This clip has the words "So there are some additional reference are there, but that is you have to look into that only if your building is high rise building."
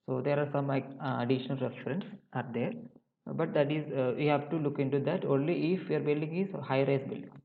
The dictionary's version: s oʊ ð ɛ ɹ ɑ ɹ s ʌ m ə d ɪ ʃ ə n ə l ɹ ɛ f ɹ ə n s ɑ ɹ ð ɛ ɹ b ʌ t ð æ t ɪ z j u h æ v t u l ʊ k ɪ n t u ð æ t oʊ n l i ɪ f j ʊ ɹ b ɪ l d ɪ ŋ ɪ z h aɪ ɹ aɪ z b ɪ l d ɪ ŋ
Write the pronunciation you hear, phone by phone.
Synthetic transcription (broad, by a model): s oʊ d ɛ ɹ ɑ ɹ s ʌ m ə d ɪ ʃ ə n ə l ɹ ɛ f ɹ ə n s ɑ ɹ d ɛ ɹ b ʌ t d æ t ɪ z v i h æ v t u l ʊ k ɪ n t u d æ t oʊ n l i ɪ f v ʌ ɹ b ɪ l d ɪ ŋ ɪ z h aɪ ɹ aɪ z b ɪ l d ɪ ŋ